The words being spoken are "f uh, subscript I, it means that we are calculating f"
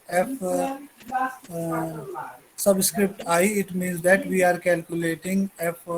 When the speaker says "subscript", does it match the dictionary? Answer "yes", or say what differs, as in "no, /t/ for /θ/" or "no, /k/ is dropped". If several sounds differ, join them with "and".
yes